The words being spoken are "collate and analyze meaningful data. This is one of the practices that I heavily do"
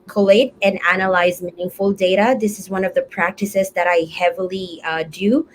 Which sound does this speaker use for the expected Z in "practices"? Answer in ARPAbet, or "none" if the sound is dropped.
Z